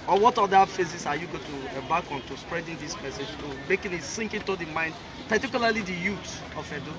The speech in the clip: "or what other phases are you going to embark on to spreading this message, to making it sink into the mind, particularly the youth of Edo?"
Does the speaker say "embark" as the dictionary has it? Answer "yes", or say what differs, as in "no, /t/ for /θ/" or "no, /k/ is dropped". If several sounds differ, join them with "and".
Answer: no, /m/ is dropped